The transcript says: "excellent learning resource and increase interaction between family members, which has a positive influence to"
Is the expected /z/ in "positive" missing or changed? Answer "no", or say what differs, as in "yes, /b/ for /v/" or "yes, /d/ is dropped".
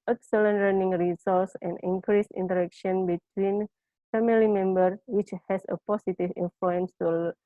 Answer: yes, /s/ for /z/